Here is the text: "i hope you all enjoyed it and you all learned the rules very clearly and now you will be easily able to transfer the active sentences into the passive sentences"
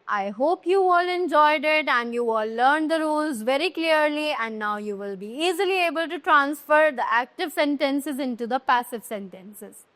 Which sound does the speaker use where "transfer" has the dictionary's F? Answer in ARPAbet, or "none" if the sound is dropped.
F